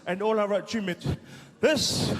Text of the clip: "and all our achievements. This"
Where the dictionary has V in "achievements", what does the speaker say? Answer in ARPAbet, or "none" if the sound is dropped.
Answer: none